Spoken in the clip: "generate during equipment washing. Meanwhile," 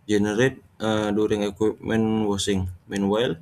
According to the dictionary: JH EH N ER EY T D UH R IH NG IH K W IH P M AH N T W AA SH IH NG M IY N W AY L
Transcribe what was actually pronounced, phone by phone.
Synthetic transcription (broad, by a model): JH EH N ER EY T D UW R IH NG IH K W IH P M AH N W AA S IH NG M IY N W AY L